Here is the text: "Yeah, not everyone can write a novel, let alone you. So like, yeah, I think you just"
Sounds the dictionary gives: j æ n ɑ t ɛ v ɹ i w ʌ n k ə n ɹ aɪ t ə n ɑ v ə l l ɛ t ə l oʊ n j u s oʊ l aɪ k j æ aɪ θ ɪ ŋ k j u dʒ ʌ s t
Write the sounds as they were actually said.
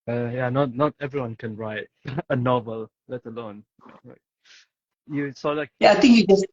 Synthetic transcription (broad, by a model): j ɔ n ɑ t ɛ v ɹ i w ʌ n k ə n ɹ aɪ t ə n ɑ v ə l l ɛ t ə l oʊ n j u s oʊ l aɪ k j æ aɪ t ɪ ŋ k j u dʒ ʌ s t